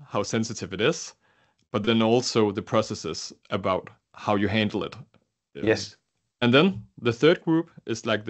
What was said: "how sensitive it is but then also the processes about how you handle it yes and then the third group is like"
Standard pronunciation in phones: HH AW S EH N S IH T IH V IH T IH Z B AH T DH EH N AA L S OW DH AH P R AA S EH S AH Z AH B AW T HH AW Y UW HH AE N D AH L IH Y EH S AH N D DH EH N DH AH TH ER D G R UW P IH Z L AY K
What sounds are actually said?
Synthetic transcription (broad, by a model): HH AW S EH N S IH T IH V IH T IH Z B AH T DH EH N AA L S OW DH AH P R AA S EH S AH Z AH B AW T HH AW Y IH HH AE N D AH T IH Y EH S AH N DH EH N DH AH TH ER D G R UW P IH Z L AY K